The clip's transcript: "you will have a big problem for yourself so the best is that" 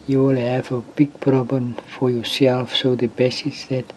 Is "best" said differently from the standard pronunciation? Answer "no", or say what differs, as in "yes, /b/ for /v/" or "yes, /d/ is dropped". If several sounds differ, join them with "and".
yes, /t/ is dropped